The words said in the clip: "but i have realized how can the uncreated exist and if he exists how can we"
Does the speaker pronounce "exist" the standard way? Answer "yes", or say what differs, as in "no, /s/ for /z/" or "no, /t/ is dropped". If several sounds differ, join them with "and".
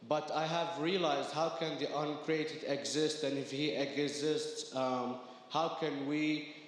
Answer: yes